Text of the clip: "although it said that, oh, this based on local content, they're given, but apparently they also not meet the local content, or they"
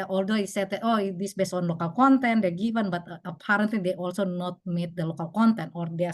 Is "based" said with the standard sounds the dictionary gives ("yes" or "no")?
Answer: no